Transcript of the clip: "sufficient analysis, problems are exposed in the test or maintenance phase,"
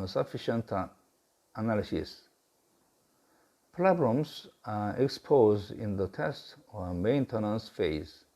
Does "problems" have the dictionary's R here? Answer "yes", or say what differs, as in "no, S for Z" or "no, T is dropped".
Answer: no, L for R